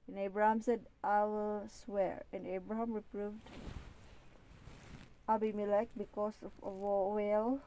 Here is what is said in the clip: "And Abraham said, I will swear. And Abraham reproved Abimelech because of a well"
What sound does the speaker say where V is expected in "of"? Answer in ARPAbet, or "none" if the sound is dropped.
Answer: W